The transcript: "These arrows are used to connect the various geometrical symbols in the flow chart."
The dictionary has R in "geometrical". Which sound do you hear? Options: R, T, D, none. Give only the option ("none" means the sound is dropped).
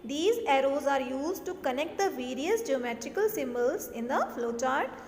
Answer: R